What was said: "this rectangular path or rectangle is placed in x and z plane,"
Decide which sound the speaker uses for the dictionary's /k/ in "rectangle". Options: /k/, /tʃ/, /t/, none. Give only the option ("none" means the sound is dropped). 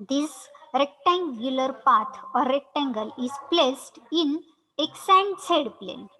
/k/